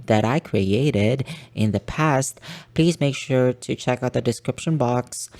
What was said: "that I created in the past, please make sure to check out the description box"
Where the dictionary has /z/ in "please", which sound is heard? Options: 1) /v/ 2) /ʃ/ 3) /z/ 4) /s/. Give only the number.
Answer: 3